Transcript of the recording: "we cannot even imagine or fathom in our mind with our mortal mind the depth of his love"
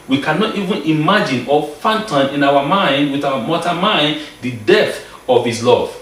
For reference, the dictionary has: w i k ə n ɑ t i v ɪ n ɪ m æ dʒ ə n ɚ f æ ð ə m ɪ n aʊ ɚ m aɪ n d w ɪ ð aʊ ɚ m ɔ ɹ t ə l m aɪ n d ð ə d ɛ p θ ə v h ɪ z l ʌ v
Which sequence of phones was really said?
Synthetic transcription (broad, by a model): w i k ə n ɑ t i v ɪ n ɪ m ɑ dʒ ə n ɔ f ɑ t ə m ɪ n aʊ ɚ m aɪ n d w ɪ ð aʊ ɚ m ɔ t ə m aɪ n d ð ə d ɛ θ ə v h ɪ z l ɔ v